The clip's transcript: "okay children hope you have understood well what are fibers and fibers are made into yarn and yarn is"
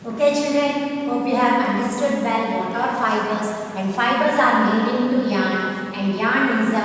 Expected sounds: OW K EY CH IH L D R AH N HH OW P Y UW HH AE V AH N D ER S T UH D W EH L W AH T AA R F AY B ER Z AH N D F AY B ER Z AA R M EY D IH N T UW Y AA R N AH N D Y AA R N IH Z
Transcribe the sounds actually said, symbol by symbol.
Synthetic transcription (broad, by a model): OW K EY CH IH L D AH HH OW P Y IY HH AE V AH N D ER S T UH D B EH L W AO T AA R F AY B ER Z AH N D F AY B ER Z AA R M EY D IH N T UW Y AA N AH N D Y AA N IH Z